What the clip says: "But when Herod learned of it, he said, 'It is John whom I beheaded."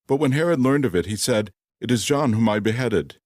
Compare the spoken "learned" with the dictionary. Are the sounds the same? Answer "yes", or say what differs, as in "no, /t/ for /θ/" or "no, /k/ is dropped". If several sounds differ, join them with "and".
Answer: yes